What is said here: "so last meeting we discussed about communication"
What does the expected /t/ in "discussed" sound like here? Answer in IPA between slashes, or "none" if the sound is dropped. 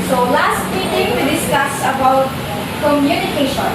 none